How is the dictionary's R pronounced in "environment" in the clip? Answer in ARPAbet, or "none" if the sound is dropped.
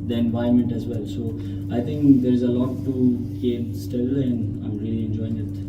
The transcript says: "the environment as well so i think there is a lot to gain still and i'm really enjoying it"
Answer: none